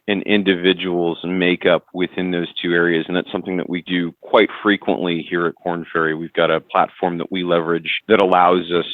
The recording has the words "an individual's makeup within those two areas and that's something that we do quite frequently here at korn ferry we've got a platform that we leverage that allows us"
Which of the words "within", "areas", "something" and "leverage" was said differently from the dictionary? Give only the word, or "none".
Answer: none